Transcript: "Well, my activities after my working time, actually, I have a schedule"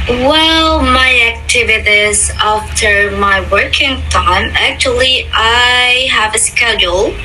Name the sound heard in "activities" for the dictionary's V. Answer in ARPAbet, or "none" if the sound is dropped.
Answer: V